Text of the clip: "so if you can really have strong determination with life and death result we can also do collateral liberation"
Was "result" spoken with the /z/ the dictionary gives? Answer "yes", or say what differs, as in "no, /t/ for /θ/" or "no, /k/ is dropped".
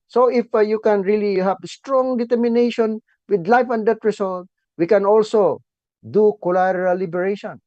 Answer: no, /s/ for /z/